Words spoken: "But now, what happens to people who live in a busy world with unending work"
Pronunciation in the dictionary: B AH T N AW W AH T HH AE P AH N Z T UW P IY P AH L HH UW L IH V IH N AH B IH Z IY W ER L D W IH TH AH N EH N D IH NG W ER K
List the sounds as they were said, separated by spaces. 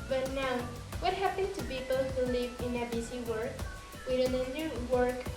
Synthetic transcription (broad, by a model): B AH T N AW W AH T HH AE P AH N T UW P IY P AH L HH UW L IH V IH N AH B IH S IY W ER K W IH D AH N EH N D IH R W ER K